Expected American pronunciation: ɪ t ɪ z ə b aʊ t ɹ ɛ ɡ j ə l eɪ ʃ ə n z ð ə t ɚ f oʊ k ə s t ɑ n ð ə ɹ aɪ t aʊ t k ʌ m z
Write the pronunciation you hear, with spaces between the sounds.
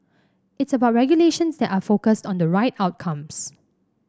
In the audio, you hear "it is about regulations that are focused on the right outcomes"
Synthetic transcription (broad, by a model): ɪ t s ə b aʊ t ɹ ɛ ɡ j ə l eɪ ʃ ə n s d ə t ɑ f oʊ k ə s t ɑ n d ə ɹ aɪ t aʊ t k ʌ m s